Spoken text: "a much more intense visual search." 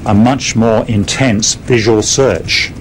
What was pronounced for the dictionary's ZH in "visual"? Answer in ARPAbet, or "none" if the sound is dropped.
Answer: ZH